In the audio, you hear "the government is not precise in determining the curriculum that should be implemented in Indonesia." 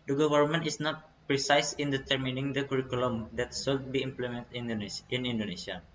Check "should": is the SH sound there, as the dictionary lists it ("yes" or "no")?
no